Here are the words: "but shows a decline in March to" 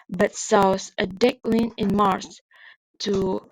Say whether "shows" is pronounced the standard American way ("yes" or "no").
no